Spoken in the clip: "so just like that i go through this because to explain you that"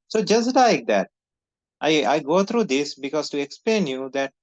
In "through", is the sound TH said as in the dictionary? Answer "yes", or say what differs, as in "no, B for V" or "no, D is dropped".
no, T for TH